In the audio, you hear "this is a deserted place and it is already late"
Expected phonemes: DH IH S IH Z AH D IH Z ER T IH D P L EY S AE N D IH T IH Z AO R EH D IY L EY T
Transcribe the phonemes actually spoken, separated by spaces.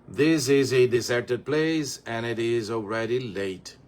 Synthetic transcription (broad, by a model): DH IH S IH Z AH D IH S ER T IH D P L EY S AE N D IH T IH Z AO R EH D IY L EY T